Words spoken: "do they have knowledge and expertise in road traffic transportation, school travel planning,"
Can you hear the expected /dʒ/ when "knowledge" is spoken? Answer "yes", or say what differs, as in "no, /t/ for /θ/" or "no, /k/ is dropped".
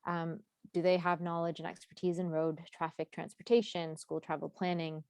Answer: yes